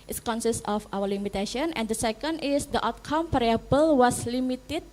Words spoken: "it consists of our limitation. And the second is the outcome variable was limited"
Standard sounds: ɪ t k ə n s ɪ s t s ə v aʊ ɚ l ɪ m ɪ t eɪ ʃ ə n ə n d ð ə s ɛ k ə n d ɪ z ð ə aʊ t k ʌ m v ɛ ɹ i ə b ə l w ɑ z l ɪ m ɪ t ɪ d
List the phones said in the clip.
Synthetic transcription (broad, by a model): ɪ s k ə n s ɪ s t ə f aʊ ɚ l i m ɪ t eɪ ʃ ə n ə n d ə s ɛ k ə n d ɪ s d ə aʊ t k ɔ m p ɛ ɹ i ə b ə l w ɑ s l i m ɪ t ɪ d